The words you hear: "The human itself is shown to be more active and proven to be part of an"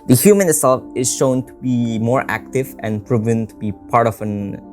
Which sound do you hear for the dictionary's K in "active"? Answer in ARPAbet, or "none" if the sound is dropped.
K